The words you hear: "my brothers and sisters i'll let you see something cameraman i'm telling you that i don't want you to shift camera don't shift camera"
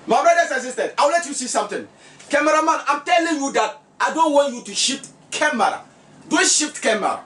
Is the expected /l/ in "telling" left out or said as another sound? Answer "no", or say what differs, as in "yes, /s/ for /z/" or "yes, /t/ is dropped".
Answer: no